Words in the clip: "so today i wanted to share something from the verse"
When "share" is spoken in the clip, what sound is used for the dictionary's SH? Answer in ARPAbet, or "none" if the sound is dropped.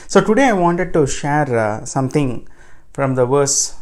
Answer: SH